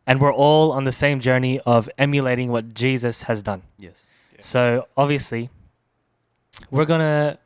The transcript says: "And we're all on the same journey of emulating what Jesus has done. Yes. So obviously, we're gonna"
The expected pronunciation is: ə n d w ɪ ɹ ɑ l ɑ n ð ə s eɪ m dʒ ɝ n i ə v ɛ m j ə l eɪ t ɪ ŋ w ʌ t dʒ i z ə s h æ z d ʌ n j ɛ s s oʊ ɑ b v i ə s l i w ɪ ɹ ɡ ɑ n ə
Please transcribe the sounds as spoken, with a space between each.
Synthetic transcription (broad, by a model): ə n w ɪ ɹ ɑ l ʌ n ð ə s eɪ m dʒ ɝ n i ə v ɛ m j ə l eɪ t ɪ ŋ w ʌ t dʒ i z ə s h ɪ z d ʌ n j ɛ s s oʊ ɑ b v i ə s l i w ɪ ɹ ɡ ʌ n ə